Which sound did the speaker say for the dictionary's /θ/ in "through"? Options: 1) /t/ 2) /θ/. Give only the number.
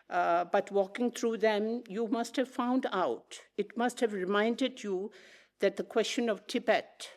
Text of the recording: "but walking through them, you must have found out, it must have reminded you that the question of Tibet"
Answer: 1